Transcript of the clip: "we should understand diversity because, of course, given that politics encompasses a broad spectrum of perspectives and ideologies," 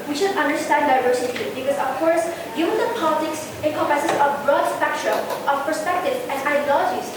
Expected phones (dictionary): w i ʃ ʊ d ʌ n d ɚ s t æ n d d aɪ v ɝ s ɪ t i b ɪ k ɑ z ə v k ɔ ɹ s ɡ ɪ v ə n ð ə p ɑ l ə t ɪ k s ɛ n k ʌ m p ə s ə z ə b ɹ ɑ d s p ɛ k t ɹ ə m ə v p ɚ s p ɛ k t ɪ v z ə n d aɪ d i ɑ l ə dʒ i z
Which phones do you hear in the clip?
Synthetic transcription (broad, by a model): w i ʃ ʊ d ʌ n d ɚ s t æ n d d aɪ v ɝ s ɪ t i b ɪ k ɑ z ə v k ɔ ɹ s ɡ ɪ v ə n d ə p ɑ l ə t ɪ k s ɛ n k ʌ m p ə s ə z ə b ɹ ɑ d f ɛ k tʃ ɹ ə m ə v p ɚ s p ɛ k t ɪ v ə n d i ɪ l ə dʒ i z